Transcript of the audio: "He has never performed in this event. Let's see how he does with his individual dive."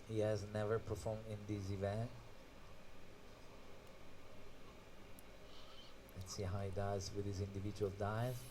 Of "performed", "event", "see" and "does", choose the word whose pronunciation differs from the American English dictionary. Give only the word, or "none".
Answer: none